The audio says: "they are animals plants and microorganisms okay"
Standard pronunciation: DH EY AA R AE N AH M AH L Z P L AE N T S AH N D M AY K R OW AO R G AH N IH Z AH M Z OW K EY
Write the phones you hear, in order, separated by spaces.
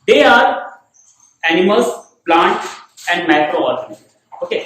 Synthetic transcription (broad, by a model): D EY AA R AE N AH M AH L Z P L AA N T AH N D M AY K R OW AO R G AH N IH OW K EY